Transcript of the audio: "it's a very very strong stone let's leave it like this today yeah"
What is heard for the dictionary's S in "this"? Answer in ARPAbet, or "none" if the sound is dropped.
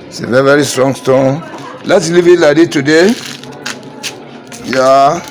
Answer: none